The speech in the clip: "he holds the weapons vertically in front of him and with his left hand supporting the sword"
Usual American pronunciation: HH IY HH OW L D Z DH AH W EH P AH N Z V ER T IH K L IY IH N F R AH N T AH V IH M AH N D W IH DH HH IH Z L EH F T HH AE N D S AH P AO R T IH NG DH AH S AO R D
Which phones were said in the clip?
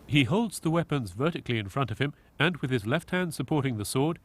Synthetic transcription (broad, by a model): HH IY HH OW L D Z DH AH W EH P AH N Z V ER T IH K L IY IH N F R AH N T AH V IH M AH N W IH DH IH Z L EH F T HH AE N D S AH P AO R T IH NG DH AH S AO R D